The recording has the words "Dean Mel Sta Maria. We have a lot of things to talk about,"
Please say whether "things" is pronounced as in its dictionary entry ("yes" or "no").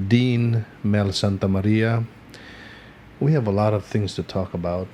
yes